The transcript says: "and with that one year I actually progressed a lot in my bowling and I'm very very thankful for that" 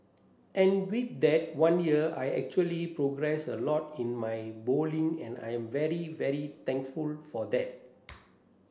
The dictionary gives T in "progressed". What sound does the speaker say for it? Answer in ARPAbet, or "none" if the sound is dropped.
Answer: none